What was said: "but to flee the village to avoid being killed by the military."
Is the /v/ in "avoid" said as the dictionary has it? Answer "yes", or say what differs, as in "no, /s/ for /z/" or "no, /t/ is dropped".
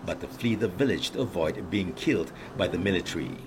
yes